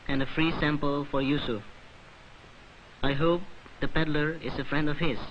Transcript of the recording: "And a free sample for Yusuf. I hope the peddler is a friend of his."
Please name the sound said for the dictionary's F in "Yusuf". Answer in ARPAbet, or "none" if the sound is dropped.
none